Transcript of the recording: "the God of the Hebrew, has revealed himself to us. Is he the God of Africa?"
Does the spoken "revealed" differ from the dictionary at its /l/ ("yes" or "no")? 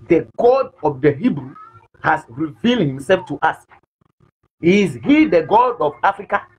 no